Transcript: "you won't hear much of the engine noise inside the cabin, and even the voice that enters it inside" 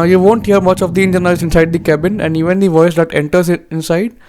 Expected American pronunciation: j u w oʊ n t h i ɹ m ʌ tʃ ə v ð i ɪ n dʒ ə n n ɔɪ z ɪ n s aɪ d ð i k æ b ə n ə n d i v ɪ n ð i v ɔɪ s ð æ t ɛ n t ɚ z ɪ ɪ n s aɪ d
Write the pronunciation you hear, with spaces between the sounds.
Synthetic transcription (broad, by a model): j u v oʊ n t h i ɹ m ʌ tʃ ə v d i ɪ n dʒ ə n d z ɪ n s aɪ d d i k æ b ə n ə n d i v ɪ n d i v ɔɪ s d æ t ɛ n t ɚ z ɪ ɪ n s aɪ d